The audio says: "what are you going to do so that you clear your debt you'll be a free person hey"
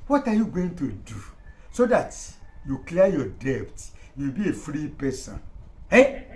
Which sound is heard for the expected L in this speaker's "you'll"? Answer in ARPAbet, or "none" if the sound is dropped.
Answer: W